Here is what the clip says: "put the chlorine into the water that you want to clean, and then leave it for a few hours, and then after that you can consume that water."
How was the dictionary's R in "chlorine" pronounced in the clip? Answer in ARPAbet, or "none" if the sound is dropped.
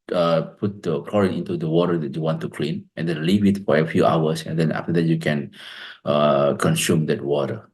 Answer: R